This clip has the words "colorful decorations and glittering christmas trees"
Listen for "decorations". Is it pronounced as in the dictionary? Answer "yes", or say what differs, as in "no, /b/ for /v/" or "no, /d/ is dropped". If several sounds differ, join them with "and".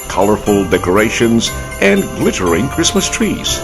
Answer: yes